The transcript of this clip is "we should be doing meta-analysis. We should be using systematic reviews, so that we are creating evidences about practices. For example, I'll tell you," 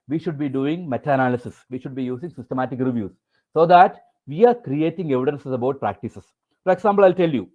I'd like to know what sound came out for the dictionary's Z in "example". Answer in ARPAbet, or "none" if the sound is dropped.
S